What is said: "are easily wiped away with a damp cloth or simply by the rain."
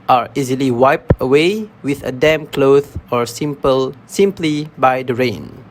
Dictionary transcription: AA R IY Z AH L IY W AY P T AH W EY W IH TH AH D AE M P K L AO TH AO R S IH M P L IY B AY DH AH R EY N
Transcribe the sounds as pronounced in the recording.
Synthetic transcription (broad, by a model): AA R IY Z AH L IY W AY P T AH W EY W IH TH AH D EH M K L AO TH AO R S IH M P L IY B AY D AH R EY N